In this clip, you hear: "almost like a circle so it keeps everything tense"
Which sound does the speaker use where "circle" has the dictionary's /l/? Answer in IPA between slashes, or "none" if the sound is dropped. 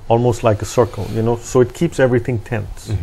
/n/